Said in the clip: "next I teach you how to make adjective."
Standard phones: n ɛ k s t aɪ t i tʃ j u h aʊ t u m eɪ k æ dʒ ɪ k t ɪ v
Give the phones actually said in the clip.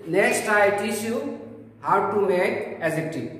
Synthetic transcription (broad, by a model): n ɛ k s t aɪ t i ʃ j u h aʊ t u m eɪ k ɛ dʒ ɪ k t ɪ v